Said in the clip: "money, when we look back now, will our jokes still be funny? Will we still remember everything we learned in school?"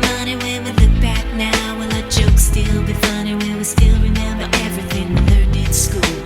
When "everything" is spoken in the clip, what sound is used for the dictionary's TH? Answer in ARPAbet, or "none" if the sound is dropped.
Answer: TH